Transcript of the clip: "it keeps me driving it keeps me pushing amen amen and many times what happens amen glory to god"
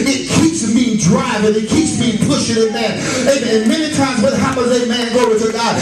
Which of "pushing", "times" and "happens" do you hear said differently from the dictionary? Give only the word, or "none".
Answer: happens